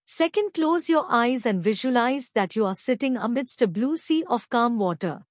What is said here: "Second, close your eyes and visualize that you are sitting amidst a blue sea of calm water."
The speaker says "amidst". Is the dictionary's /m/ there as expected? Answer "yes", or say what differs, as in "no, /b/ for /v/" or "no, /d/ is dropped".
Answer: yes